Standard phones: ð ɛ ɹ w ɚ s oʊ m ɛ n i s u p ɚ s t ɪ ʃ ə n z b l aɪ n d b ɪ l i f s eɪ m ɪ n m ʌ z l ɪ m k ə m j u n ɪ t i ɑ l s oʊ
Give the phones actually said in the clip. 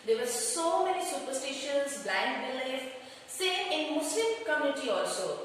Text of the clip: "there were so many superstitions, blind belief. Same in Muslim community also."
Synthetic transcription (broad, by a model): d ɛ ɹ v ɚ s oʊ m ɛ n i s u p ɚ s t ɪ ʃ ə n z b l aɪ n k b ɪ l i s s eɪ ɪ n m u s l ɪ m k ə m j u n ɪ t i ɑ l s oʊ